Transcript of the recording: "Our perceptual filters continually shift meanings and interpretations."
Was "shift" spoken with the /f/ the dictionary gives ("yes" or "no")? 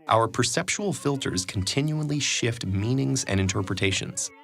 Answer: yes